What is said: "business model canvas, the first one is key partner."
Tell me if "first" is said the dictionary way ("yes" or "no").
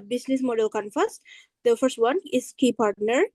yes